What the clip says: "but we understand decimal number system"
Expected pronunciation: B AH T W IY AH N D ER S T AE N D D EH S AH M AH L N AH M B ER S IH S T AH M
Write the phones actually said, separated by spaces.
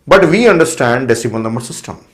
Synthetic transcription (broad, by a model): B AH T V IY AH N D ER S T AE N D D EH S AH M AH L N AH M ER S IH S T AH M